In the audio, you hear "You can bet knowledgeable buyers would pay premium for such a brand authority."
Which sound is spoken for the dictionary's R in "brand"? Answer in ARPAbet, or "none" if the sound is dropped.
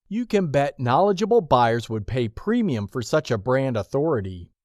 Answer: R